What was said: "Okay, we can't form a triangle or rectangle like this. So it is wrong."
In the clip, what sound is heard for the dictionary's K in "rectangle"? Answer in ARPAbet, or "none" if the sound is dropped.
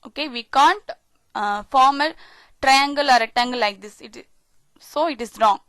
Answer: none